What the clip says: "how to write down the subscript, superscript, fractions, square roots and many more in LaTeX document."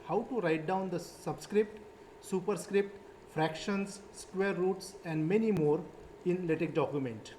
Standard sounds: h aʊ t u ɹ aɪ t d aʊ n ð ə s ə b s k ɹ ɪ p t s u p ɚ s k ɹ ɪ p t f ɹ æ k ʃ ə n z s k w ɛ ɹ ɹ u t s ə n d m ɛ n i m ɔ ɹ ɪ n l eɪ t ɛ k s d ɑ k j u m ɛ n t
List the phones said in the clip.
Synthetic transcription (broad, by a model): h aʊ t u ɹ aɪ t d aʊ n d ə s ə b s k ɹ ɪ p t s u p ɚ s k ɹ ɪ p t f ɹ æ k ʃ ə n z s k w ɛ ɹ ɹ u t s ə n d m ɛ n i m ɔ ɹ ɪ n l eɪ t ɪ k d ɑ k j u m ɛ n t